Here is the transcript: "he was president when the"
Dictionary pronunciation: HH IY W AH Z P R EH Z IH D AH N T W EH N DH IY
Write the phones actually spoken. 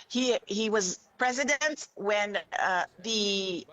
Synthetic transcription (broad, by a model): HH IY W AH Z P R EH Z IH D AH N T W EH N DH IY